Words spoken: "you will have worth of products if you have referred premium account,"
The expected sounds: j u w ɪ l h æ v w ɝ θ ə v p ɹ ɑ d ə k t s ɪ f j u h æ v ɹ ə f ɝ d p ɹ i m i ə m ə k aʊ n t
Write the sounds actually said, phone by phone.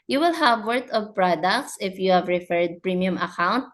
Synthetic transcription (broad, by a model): j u w ɪ l h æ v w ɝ t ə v p ɹ ɑ d ə k t s ɪ f j u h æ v ɹ ə f ɝ d p ɹ i m i ə m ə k aʊ n t